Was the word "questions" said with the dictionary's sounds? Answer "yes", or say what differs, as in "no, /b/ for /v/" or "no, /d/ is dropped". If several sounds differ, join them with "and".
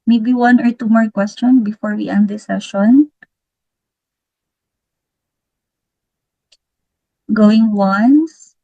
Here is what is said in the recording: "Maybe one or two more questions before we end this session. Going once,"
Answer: no, /z/ is dropped